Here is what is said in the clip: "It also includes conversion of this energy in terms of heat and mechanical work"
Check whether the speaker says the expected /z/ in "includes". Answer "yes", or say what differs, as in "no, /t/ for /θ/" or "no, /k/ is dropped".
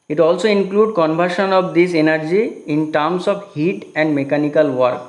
no, /z/ is dropped